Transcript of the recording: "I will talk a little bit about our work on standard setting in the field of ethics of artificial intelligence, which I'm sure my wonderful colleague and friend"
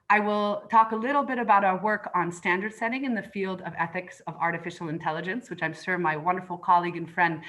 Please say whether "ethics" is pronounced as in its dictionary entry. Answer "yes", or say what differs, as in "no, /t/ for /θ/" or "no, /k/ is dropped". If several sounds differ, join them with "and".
yes